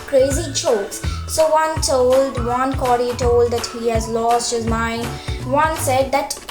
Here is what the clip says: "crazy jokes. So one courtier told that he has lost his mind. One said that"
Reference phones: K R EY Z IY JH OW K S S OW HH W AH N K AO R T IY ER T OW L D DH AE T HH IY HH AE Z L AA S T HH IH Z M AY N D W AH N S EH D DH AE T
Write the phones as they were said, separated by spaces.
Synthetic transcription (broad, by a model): K R EY Z IY CH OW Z S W OW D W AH N K AO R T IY T OW L D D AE T HH IY HH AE Z L AA S T HH IH Z M AY N D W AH N S EH D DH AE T